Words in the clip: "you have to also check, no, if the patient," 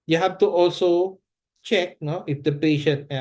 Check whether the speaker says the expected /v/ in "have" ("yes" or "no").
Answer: no